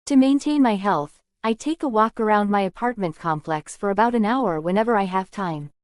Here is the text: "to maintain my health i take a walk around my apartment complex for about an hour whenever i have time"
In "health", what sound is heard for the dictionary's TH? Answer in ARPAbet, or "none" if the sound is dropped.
TH